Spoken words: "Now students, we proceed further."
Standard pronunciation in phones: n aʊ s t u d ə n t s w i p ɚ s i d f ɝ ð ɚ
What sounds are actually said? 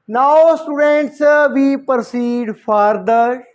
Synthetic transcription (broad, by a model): n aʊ s t u d ə n t s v i p ɚ s i d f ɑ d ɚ